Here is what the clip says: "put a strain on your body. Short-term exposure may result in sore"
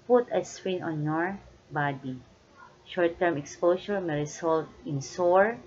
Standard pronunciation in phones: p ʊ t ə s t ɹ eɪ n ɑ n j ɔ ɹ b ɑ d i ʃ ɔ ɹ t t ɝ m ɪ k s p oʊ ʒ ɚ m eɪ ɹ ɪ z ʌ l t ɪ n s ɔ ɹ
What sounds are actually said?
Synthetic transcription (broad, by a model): p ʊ t ə s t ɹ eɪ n ɑ n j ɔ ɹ b ɑ d i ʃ ɔ ɹ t t ɝ m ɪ k s p oʊ s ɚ m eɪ ɹ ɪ s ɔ l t ɪ n s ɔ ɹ